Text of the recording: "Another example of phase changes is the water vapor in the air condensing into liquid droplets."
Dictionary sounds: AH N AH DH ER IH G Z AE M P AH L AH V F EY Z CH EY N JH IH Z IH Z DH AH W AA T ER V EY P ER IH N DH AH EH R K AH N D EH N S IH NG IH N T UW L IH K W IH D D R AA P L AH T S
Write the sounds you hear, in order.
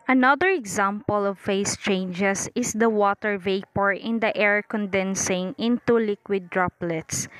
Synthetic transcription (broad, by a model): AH N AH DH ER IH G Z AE M P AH L AH V F EY S CH EY N JH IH S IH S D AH W AA T ER V EY P ER IH N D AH EH R K AH N D EH N S IH NG IH N T UW L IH K W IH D D R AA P L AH T S